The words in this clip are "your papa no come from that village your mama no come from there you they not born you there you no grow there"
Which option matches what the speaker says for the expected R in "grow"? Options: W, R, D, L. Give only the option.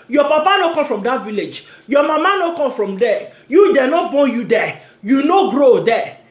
R